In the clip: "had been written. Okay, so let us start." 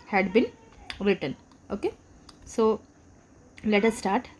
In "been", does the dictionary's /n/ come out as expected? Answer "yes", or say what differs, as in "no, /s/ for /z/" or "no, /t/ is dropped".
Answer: no, /l/ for /n/